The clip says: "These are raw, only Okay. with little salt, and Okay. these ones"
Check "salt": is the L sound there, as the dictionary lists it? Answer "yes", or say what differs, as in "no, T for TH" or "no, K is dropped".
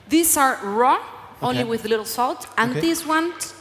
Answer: yes